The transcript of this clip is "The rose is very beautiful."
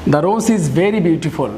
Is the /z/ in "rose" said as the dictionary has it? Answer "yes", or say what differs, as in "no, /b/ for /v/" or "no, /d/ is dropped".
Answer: no, /s/ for /z/